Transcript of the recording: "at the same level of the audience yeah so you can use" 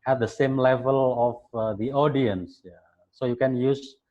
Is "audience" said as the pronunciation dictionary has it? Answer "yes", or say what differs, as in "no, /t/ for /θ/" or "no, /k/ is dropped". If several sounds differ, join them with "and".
yes